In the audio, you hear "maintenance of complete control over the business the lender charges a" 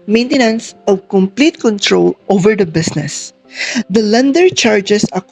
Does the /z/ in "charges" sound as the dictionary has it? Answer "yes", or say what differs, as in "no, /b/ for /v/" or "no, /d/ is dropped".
no, /s/ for /z/